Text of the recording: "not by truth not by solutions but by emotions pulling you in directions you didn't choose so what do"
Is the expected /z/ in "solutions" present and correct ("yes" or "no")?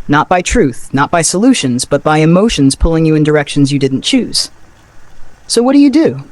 yes